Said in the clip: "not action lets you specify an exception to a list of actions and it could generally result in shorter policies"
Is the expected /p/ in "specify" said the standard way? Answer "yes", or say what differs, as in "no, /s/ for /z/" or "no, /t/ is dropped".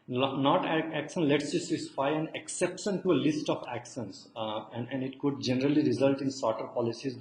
no, /p/ is dropped